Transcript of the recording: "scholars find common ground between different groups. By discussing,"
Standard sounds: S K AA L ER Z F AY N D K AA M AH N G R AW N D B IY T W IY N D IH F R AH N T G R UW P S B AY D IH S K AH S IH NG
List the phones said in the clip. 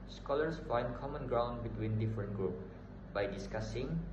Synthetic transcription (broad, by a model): S K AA L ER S F AY N D K AA M AH N G R AW N D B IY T W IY N D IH F R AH N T G R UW P B AY D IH S K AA S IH NG